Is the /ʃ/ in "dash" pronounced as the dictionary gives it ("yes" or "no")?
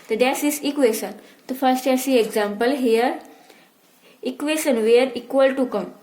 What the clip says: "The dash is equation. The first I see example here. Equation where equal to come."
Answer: no